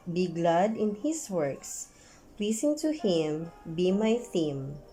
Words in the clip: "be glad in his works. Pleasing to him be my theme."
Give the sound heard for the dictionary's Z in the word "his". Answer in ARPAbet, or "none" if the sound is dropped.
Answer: S